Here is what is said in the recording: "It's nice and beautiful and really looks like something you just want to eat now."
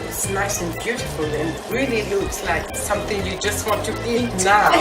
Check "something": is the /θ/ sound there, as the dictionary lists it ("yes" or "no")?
yes